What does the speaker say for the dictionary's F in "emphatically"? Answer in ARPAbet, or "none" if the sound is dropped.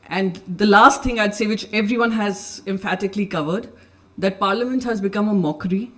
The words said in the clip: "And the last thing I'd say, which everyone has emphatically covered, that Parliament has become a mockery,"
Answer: F